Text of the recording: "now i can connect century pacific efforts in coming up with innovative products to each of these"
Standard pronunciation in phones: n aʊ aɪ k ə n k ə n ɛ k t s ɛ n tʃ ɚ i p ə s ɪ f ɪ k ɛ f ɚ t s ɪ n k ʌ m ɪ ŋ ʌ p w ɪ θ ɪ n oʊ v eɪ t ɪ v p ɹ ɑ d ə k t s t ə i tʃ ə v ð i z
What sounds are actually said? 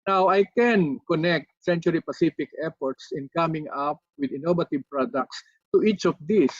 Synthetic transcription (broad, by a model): n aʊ aɪ k ə n k ə n ɛ k t s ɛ n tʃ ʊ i p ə s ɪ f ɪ k ɛ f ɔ t s ɪ n k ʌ m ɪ ŋ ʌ p w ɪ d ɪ n oʊ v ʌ t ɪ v p ɹ ɑ d ə k t s t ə i tʃ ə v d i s